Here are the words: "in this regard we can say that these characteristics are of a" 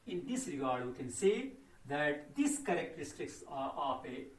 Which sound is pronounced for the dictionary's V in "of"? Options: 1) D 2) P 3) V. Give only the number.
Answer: 2